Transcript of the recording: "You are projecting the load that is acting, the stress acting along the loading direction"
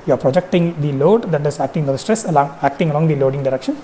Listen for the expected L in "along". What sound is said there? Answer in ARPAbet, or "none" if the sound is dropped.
L